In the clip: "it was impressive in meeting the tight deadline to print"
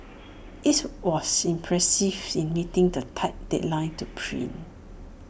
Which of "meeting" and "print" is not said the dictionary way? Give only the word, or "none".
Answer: print